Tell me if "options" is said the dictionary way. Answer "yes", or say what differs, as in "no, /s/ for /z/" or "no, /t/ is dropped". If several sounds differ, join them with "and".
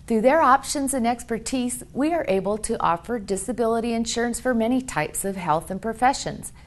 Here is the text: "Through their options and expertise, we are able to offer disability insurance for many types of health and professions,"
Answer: yes